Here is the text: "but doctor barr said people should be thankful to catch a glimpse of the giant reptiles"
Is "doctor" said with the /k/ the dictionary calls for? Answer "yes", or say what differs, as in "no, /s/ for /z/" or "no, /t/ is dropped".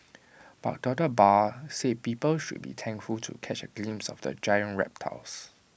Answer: no, /k/ is dropped